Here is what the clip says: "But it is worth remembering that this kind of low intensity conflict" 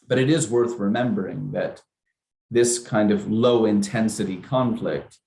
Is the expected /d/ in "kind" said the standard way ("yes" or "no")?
yes